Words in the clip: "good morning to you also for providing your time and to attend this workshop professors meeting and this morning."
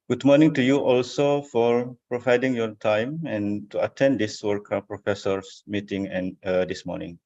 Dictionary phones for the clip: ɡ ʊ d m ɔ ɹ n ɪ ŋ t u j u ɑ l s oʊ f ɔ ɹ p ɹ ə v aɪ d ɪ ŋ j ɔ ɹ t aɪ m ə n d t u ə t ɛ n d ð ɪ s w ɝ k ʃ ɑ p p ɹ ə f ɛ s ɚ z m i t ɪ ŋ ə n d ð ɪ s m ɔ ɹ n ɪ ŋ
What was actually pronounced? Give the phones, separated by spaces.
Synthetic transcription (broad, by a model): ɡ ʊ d m ɔ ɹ n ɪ ŋ t u j u ɑ l s oʊ f ɔ ɹ p ɹ ə v aɪ d ɪ ŋ j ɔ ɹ t aɪ m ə n t u ə t ɛ n d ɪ s w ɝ k ɑ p p ɹ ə f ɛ s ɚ s m i t ɪ ŋ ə n d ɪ s m ɔ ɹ n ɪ ŋ